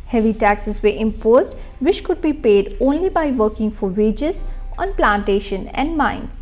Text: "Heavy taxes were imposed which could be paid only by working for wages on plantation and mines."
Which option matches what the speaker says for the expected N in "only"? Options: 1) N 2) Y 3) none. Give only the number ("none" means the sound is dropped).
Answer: 1